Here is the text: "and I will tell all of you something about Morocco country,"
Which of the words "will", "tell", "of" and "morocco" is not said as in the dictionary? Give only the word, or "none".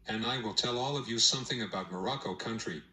none